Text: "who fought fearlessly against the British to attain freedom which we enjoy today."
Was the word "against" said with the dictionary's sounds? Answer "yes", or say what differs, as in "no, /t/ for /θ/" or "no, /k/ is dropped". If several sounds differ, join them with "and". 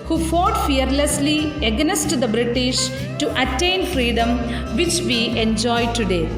no, /n/ is dropped